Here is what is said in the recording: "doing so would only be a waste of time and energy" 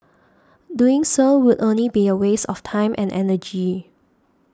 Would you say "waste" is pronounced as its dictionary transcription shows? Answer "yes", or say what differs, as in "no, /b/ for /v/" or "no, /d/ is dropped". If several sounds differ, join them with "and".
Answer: no, /t/ is dropped